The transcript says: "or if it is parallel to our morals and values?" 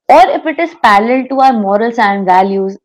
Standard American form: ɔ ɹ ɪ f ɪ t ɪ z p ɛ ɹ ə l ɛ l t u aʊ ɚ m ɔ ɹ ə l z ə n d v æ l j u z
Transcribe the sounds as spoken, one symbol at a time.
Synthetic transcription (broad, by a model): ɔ ɹ ɪ f ɪ t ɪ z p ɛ l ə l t t u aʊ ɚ m ɔ ɹ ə l s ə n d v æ l j u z